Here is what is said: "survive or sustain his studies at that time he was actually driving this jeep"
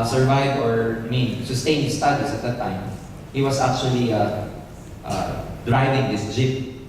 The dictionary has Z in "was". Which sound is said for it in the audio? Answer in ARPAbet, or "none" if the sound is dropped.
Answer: S